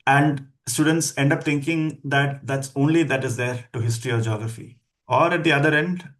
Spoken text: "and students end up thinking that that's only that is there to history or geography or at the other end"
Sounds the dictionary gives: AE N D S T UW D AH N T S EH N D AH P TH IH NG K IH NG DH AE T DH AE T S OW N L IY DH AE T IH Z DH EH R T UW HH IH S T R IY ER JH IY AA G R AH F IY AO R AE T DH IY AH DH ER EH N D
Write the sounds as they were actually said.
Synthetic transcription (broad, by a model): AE N D S T UW D AH N T S EH N D AH P T IH NG K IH NG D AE T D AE T S OW N L IY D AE T IH Z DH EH R T UW HH IH S T R IY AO JH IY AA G R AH F IY AO R AE T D IY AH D ER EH N D